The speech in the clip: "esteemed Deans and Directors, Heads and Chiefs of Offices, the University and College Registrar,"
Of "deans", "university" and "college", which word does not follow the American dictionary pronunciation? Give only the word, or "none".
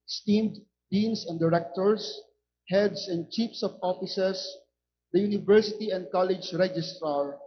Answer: deans